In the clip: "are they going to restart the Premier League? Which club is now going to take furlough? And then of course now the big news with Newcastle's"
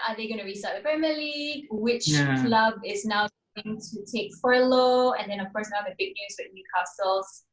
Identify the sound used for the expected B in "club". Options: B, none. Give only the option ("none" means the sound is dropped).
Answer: B